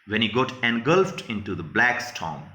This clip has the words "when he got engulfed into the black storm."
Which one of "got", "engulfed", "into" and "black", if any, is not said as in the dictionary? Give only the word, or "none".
none